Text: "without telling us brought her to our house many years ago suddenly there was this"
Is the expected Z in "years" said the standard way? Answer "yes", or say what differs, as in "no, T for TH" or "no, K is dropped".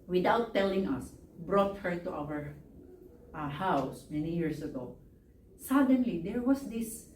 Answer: no, S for Z